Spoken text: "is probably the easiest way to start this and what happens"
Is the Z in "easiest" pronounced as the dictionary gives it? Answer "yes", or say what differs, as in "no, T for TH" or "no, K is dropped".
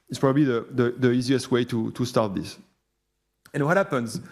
yes